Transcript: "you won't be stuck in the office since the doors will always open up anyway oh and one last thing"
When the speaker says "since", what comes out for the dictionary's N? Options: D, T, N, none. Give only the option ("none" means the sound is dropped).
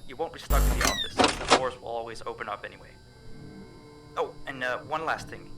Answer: none